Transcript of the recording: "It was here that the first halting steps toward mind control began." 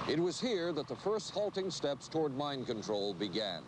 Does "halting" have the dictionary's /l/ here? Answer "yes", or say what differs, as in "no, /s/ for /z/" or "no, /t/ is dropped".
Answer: yes